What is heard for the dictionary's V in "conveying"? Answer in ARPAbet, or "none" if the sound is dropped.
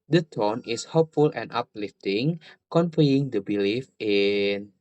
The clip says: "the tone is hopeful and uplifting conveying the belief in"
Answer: F